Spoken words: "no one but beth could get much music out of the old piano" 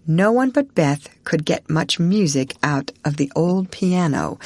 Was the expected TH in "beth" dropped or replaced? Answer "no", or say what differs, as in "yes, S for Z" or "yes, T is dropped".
no